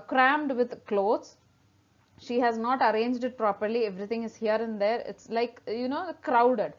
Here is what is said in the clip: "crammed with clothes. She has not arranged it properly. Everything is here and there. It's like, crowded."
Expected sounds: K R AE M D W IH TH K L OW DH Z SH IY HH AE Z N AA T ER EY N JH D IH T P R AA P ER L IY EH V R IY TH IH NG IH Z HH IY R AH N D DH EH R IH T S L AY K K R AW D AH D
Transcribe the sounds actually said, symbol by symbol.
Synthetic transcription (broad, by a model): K R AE M D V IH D K L OW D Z SH IY HH AE Z N AA T ER EY N JH D IH T P R AA P ER L IY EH V R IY T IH NG IH Z HH IY R AH N D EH R IH T S L AY K K R AW D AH D